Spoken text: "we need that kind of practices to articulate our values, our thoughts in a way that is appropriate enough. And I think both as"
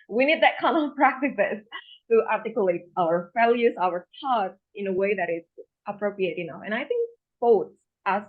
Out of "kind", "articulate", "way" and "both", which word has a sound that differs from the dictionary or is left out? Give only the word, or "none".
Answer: both